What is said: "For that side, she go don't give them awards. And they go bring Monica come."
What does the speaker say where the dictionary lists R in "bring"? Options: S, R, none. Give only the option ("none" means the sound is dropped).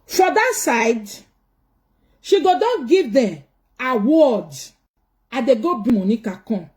none